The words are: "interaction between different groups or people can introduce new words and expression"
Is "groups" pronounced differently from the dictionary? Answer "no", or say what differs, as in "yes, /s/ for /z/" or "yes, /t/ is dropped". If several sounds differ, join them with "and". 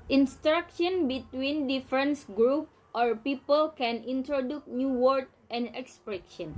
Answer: yes, /s/ is dropped